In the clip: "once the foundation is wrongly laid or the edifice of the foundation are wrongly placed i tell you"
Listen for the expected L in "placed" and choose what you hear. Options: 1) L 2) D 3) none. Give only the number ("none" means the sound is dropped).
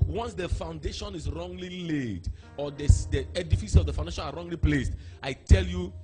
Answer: 1